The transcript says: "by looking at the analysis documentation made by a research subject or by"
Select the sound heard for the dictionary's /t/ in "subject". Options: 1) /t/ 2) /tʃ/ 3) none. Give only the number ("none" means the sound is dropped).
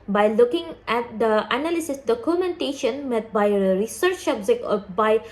3